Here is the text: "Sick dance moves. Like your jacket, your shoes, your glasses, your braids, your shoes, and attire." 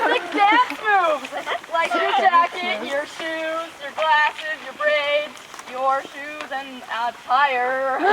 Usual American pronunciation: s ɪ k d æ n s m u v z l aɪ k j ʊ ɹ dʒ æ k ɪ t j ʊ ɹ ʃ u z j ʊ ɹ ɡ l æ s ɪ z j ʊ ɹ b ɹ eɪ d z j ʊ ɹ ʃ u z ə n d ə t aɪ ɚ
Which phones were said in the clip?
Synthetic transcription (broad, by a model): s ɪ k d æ s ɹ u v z l aɪ k j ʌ ɹ dʒ æ k ɪ t j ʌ ɹ ʃ u z j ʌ ɹ ɡ l æ s ɪ z j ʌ ɹ b ɹ eɪ d z j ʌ ɹ ʃ u z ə n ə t aɪ ɚ